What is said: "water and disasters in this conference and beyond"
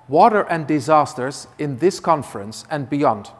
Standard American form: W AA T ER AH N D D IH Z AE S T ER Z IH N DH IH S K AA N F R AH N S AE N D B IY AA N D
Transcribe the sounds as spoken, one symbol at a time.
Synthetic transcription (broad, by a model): W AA T ER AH N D D IH Z AE S T ER Z IH N DH IH S K AA N F R AH N S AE N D B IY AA N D